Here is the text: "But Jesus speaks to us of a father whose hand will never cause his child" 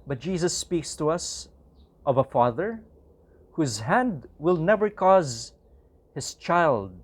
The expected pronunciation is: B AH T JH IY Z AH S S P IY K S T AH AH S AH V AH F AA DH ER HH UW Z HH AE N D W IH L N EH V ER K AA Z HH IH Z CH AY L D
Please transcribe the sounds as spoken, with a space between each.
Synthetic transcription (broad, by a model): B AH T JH IY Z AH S S P IY K S T AH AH S AH V AH F AA DH ER HH UW Z HH AE N D W IH L N EH V ER K AA Z HH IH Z CH AY L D